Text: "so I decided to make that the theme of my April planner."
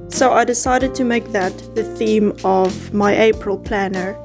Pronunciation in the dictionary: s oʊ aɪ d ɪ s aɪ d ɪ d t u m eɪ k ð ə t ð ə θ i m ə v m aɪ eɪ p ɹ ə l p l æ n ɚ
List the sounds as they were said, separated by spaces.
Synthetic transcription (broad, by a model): s oʊ aɪ d ɪ s aɪ d ɪ d t u m eɪ k ð ə t ð ə θ i m ə v m aɪ eɪ p ɹ ə l p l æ n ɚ